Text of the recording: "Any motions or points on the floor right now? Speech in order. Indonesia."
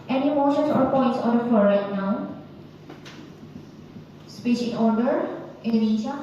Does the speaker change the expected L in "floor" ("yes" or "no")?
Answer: yes